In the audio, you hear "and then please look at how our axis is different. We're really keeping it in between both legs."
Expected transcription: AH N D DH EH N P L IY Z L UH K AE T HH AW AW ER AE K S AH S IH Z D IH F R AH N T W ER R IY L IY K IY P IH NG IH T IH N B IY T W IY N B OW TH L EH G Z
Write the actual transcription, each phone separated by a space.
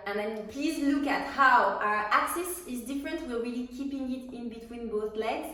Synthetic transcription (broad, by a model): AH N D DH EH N P L IY Z L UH K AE T HH AW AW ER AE K S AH S IH Z D IH F R AH N T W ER W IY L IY K IY P IH NG IH T IH N B IY T W IY N B OW TH L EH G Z